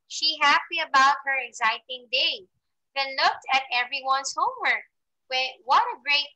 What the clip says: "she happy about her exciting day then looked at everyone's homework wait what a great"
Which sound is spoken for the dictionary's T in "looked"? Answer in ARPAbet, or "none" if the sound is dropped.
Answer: T